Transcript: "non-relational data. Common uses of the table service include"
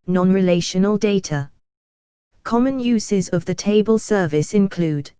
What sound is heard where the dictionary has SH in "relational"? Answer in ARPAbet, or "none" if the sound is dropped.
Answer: SH